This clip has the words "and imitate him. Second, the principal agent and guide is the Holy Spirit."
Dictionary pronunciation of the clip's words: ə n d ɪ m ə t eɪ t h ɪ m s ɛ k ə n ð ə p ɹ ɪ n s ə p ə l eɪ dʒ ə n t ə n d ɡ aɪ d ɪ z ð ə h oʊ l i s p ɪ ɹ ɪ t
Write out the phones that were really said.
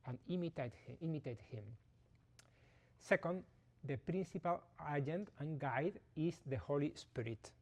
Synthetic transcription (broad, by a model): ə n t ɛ m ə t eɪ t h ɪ m s ɛ k ə n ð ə p ɹ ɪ n s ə p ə l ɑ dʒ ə n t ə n ɡ aɪ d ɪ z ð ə h oʊ l i s p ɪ ɹ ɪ t